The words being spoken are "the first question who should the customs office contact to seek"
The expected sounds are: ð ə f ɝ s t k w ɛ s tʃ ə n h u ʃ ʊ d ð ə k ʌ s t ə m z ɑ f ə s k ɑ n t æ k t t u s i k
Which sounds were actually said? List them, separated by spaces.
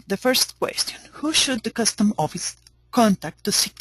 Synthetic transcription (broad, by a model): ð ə f ɝ s t k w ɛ s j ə n h u ʃ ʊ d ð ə k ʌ s t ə m ɑ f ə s k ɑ n t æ k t t u s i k